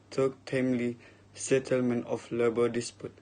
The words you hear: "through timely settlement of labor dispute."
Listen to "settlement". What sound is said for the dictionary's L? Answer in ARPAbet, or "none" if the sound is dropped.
L